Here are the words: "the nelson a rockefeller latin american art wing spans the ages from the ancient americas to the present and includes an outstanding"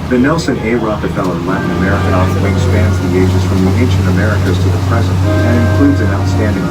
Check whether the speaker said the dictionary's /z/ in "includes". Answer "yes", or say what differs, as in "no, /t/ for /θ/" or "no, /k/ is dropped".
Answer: yes